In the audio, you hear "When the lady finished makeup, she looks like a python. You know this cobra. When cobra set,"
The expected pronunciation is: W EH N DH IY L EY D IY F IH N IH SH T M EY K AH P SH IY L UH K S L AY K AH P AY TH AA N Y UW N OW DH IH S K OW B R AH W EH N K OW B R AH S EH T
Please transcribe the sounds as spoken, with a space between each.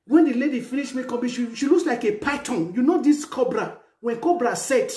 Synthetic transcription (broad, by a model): W EH N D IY L EY D IY F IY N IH SH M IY K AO B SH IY L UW K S L AY K AH P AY T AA N Y UW N OW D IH S K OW B R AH W EH N K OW B R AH S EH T